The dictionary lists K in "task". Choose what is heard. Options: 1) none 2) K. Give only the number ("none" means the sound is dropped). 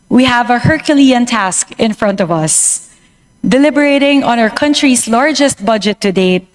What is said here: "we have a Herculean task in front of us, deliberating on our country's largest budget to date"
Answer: 2